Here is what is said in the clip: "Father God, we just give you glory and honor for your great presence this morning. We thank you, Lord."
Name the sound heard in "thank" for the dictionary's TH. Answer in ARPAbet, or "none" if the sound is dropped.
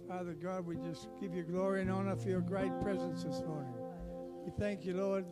TH